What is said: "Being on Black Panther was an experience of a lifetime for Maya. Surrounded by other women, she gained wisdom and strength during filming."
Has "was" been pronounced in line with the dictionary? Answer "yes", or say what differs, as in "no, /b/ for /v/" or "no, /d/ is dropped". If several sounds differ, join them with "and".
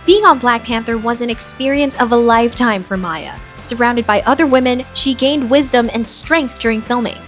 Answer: yes